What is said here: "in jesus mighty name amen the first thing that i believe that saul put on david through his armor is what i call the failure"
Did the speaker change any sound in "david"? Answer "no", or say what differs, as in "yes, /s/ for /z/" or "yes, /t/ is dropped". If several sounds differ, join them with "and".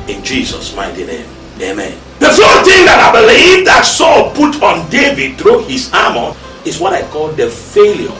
no